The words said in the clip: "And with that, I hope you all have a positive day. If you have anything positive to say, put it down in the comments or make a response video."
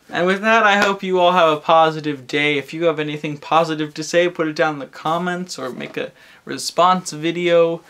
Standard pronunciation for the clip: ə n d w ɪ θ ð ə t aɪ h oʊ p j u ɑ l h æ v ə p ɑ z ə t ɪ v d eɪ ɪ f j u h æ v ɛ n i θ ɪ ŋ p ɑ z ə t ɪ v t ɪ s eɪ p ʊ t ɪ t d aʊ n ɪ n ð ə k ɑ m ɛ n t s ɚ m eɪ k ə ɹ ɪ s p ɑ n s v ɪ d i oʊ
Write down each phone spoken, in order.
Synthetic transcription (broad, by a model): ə n w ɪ ð ə t aɪ h oʊ p j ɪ ɑ l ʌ v ə p ɑ z ə t ɪ v d eɪ ɪ f j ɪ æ v ɛ n i θ ɪ ŋ p ɑ z ə t ɪ v t ɪ s eɪ p ʊ t ɪ t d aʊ ɪ n ð ə k ɑ m ɛ n t s ɚ m eɪ k ə ɹ ɪ s p ɑ n s v ɪ d i oʊ